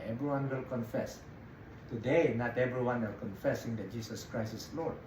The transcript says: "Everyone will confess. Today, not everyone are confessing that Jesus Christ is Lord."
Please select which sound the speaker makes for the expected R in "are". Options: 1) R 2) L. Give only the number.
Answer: 2